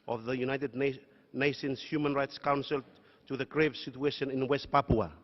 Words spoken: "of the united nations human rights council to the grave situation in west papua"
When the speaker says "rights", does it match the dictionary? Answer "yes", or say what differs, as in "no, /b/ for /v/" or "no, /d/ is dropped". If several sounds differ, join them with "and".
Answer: yes